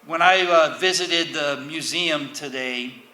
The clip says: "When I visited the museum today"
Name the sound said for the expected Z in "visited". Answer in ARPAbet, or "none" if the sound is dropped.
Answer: Z